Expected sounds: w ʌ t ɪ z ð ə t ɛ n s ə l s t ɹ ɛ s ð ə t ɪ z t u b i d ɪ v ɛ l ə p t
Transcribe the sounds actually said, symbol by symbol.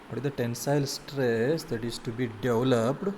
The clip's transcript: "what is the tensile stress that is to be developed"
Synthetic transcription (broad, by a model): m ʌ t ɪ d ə t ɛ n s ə l s t ɹ ɛ s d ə t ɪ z t u b i d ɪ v l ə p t